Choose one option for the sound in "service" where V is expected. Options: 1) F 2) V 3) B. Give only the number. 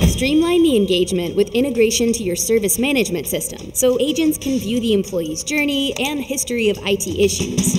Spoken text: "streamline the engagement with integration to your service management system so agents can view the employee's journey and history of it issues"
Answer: 2